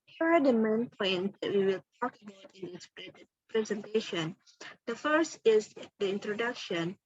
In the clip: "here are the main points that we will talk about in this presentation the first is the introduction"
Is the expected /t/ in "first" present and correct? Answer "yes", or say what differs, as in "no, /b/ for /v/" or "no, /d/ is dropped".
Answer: yes